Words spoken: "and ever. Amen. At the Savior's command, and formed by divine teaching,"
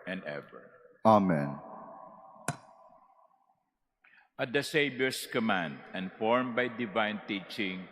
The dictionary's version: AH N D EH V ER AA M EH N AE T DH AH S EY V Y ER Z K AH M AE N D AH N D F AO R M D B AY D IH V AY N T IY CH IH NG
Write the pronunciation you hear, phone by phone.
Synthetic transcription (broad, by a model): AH N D EH V ER AA M EH N T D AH S EY B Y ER S K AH M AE N D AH N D F AO R M B AY D IH V AY N T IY CH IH NG